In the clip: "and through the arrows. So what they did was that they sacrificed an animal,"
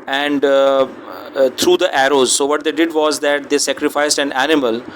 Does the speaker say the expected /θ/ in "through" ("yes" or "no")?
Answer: no